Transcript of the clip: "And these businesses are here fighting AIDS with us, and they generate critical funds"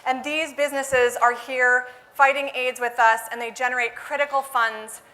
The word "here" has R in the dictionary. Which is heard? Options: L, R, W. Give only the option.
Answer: R